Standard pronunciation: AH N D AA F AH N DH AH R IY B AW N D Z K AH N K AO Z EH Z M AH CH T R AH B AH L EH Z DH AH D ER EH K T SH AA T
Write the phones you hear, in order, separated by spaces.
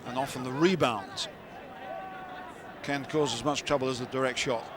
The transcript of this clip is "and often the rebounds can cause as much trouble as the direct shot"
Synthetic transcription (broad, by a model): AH N AA F AH N DH AH R IY B AW N D Z K AH N K AO Z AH Z M AH CH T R AH B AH L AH Z DH AH D ER EH K T SH AA T